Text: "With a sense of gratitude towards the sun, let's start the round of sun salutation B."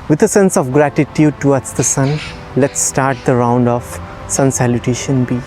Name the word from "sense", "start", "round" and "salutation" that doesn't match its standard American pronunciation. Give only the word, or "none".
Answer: none